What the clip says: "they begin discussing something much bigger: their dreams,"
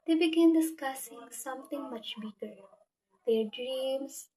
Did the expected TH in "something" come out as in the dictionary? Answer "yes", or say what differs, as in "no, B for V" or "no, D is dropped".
no, T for TH